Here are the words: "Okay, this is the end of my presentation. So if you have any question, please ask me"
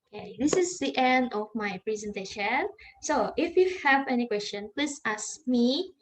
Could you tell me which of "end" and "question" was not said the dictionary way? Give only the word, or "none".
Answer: none